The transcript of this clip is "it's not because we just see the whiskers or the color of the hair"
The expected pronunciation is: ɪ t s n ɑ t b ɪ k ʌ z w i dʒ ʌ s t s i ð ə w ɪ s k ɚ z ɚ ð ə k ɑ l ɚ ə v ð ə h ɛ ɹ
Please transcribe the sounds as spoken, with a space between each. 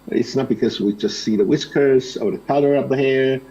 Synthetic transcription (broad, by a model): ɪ t s n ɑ t b ɪ k ʌ z w i dʒ ʌ s t s i ð ə w ɪ s k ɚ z ɚ ð ə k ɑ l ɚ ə p ð ə h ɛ ɹ